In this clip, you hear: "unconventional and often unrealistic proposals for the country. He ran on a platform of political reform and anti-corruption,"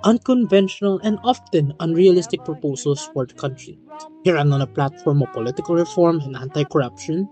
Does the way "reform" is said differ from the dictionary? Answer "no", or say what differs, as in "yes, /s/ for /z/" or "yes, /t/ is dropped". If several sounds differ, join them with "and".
no